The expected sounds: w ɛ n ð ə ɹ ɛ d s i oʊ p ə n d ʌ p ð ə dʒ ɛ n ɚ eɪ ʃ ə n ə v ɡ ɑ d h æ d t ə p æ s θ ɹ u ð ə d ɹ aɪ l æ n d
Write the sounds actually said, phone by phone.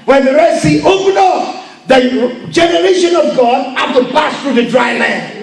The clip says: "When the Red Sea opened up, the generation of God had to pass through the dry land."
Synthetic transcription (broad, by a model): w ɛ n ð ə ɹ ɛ s i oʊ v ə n ɔ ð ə dʒ ɛ n ɚ eɪ ʃ ə n ə v ɡ ɑ d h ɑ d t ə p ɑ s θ ɹ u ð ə d ɹ aɪ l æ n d